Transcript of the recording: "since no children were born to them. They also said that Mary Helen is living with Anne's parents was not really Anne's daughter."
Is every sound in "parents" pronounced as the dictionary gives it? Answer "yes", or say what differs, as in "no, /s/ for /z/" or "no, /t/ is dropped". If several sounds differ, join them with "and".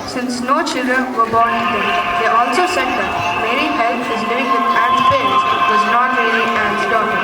no, /n/ is dropped